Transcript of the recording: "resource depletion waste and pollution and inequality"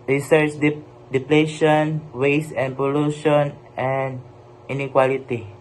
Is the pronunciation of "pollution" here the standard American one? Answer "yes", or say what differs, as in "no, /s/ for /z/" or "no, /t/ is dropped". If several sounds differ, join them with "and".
yes